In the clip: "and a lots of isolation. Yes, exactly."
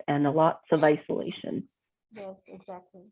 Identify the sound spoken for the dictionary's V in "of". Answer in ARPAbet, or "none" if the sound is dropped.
V